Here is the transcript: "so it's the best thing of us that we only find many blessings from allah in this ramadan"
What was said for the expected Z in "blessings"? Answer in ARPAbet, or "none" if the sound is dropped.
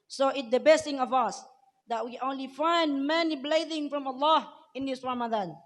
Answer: none